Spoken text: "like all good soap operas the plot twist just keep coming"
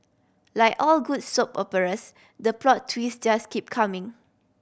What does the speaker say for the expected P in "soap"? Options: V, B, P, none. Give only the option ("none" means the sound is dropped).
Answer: P